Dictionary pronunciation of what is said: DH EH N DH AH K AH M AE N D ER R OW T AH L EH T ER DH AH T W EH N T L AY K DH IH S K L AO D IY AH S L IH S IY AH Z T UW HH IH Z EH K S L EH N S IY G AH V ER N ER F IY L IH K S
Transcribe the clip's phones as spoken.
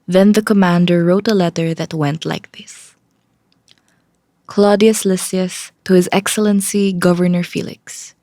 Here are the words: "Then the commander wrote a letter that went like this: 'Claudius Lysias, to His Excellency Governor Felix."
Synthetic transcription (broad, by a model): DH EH N DH AH K AH M AE N D ER R OW T AH L EH T ER DH AH T W EH N T L AY K DH IH S K L AO D IY AH S L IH S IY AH S T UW HH IH Z EH K S L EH N S IY G AH V ER N ER F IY L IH K S